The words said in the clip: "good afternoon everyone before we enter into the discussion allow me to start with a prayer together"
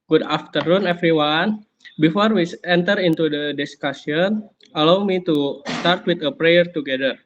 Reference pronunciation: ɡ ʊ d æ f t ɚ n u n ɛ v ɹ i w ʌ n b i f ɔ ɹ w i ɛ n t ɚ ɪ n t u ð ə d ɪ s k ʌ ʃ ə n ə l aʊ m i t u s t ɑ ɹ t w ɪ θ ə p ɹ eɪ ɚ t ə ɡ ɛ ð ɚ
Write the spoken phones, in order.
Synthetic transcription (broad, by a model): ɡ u d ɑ f t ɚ n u n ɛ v ɹ i w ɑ n b i f ɔ ɹ w i ɛ n t ɚ ɪ n t u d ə d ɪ s k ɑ s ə n ə l aʊ m i t u s t ɑ ɹ t w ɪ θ ə p ɹ eɪ ɚ t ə ɡ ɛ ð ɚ